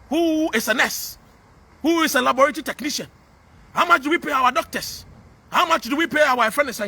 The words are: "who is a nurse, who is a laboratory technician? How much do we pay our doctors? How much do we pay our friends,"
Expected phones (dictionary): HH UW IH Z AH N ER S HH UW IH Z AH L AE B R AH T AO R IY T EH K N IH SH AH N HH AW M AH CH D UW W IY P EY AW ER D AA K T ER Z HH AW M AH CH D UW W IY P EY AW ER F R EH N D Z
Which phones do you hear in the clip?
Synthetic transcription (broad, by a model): HH UW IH S AH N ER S HH UW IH S AH L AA B R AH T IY T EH K N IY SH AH N HH AW M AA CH D UW W IY P EY AW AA D AA K T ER S HH AW M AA CH D UW W IY P EY AW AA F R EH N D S